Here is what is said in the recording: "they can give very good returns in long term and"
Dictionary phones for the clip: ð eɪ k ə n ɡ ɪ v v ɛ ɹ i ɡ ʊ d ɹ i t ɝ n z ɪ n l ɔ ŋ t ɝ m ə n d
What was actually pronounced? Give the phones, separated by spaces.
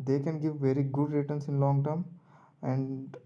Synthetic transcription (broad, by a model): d eɪ k ə n ɡ ɪ v v ɛ ɹ i ɡ ʊ d ɹ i t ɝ n s ɪ n l ɔ ŋ t ɝ m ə n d